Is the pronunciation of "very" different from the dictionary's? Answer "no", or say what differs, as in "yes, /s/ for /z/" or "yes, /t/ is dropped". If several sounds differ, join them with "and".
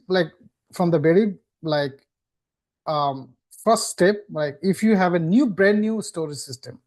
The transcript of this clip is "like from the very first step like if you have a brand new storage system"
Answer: yes, /b/ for /v/